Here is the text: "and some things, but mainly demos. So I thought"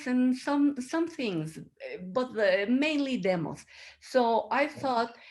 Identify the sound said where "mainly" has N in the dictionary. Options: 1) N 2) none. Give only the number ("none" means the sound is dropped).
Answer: 1